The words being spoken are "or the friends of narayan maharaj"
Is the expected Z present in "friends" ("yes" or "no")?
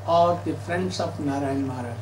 no